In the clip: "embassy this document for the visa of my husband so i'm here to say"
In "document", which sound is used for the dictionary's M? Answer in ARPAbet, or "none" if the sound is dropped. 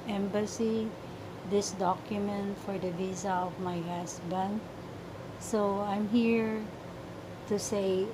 M